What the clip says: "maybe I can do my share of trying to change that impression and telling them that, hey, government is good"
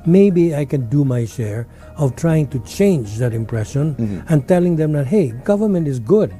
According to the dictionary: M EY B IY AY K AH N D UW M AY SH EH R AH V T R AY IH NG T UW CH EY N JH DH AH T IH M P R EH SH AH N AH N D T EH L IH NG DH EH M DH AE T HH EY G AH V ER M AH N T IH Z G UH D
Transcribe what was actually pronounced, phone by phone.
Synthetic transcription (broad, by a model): M EY B IY AY K AH N D UW M AY SH EH R AH V T R AY IH NG T UW CH EY N JH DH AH T IH M P R EH SH AH N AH N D T EH L IH NG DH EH M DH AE T HH EY G AH V ER M AH N T IH Z G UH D